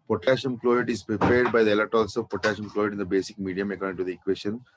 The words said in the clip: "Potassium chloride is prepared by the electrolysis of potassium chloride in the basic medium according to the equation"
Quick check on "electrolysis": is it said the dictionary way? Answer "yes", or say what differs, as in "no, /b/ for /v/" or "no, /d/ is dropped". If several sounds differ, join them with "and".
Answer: no, /k/ is dropped and /ɹ/ is dropped